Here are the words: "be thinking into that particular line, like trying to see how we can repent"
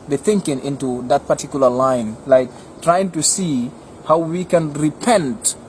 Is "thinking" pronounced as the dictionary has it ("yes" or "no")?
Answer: yes